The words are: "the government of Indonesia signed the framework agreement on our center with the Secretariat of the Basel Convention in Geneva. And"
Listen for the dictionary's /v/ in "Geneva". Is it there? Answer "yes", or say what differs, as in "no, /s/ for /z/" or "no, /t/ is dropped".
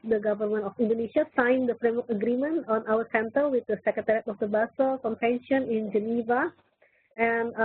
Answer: yes